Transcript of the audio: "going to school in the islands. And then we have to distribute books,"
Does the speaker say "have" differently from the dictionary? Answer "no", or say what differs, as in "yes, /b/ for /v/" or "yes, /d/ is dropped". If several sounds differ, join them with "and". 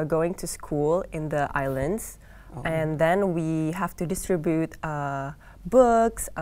yes, /f/ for /v/